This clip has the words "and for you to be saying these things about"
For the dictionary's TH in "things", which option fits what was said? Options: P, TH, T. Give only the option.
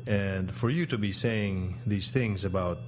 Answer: TH